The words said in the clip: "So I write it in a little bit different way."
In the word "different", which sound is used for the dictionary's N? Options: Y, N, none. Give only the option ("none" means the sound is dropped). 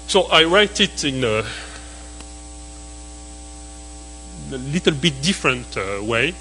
N